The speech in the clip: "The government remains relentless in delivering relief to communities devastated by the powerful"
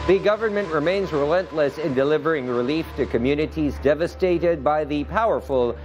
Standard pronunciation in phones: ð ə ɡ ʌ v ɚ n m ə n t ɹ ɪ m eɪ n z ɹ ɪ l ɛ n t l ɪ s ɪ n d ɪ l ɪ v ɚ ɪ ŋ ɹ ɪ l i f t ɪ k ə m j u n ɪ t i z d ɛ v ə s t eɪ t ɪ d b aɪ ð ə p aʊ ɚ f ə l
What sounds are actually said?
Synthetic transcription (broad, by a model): ð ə ɡ ʌ v ɚ n m ə n t ɹ ɪ m eɪ n z ɹ ɪ l ɛ n t l ɪ s ɪ n d ɪ l ɪ v ɚ ɪ ŋ ɹ ɪ l i f t ɪ k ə m j u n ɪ t i z d ɛ v ə s t eɪ t ɪ d b aɪ ð ə p aʊ ɚ f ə l